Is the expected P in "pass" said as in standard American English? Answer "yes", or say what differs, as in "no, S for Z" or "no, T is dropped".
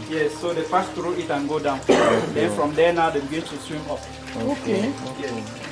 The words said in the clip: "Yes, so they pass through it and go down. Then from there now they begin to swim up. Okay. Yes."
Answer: no, F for P